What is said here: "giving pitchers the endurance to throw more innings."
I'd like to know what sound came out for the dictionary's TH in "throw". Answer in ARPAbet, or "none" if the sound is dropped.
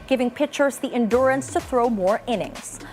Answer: TH